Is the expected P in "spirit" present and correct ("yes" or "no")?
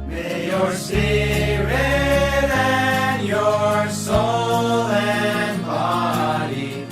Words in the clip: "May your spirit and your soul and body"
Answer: no